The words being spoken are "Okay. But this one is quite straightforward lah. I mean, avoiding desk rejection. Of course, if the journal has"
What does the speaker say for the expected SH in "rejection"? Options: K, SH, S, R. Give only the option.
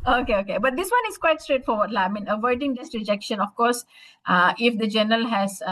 SH